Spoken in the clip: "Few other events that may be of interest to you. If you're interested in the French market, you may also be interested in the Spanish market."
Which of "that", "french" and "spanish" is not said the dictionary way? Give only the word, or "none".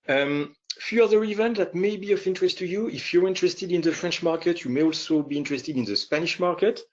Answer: none